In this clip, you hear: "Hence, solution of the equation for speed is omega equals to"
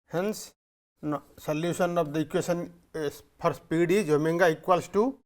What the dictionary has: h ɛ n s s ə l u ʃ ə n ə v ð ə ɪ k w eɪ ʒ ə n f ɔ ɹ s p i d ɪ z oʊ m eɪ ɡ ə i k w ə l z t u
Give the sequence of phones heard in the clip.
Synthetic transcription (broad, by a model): h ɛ n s s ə l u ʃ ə n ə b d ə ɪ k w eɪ s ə n p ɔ ɹ s p i d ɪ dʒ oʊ m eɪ ɡ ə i k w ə l s t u